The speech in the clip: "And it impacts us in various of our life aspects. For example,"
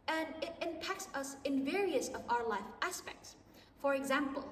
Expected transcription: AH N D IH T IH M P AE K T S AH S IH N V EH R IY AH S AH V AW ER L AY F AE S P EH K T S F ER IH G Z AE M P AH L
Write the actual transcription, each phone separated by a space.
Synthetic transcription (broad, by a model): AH N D IH T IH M P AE K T S AH S IH N V EH R IY AH S AH V AW ER L AY F AE S P EH K T S F ER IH G Z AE M P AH L